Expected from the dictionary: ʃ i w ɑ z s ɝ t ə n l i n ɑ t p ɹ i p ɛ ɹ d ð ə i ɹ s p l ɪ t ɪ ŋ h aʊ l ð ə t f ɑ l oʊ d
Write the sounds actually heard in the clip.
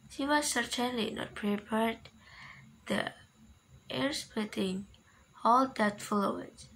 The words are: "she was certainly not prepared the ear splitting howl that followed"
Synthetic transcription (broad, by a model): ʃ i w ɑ s ɝ t ə n l i n ɑ t p ɹ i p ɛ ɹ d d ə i ɹ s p ɪ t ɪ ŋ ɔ l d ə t f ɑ l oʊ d